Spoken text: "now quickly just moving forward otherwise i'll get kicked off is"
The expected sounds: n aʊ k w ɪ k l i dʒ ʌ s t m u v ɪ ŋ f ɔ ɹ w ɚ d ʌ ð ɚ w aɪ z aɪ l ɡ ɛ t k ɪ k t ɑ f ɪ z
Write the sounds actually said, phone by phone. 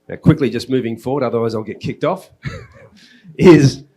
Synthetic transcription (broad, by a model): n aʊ k w ɪ k l i dʒ ʌ s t m u v ɪ ŋ f ɔ ɹ w ɚ d ʌ ð ɚ w aɪ z aɪ l ɡ ɛ t k ɪ k t ɑ f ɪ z